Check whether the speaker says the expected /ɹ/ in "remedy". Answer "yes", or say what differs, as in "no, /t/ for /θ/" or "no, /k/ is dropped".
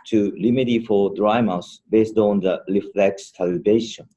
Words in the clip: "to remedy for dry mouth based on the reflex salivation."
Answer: no, /l/ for /ɹ/